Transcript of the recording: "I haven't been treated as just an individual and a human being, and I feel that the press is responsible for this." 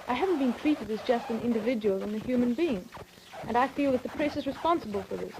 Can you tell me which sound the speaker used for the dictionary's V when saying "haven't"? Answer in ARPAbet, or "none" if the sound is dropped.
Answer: V